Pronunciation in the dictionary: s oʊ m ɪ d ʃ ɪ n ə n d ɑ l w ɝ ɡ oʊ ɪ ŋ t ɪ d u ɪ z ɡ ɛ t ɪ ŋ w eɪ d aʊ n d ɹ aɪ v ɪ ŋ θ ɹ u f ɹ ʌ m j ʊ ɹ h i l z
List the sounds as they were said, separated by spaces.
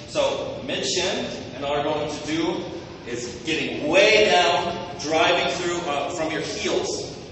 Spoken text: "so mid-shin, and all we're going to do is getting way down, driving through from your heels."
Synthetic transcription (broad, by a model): s oʊ m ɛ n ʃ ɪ n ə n ɑ l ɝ ɡ oʊ ɪ ŋ t ɪ d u ɪ z ɡ ɛ t ɪ ŋ w eɪ d aʊ n d ɹ aɪ v ɪ ŋ θ ɹ u f ɹ ʌ m j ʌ ɹ h i l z